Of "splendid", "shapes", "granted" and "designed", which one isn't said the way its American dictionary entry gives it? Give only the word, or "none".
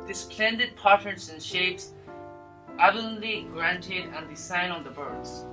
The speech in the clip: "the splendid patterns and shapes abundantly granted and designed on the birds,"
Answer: designed